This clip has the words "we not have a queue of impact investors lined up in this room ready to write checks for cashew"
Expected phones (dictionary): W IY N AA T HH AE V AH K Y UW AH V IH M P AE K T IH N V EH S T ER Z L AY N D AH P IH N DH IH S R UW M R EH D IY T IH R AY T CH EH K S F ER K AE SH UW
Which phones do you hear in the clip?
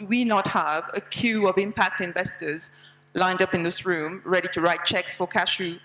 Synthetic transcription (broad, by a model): W IY N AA T HH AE V AH K Y UW AH V IH M P AE K T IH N V EH S T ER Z L AY N D AH P IH N DH IH S R UW M R EH D IY T IH R AY T CH EH K S F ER K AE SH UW